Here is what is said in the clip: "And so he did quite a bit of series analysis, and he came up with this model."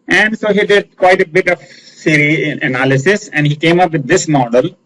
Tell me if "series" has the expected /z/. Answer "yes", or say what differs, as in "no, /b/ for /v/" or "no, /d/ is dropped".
no, /z/ is dropped